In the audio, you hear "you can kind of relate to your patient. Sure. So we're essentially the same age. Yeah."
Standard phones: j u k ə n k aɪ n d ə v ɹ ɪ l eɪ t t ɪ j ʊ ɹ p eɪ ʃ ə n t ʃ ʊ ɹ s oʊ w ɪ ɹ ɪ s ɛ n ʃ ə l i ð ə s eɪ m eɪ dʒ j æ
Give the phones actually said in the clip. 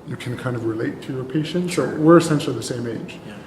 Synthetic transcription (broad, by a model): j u k ə n k aɪ n d ə v ɹ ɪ l eɪ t t ɪ j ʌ ɹ p eɪ ʃ ə n t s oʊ w ɪ ɹ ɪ s ɛ n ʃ l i ð ə s eɪ m eɪ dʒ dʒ